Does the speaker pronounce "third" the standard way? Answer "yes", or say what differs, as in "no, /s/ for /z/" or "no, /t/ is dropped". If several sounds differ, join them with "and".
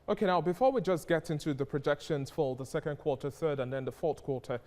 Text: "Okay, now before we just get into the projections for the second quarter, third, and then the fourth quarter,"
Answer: yes